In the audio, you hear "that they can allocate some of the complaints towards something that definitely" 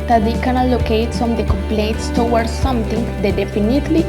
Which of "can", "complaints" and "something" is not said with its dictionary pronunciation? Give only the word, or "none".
something